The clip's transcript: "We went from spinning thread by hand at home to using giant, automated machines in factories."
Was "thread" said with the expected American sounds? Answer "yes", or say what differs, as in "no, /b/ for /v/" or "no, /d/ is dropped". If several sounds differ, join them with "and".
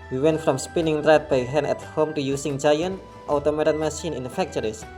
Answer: no, /t/ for /θ/